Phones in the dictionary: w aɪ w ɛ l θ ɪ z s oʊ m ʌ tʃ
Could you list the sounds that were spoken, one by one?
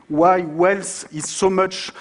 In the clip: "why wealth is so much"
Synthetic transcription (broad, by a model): w aɪ w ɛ l s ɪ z s oʊ m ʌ tʃ